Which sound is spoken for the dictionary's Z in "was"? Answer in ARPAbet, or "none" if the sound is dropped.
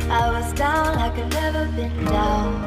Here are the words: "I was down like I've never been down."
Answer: Z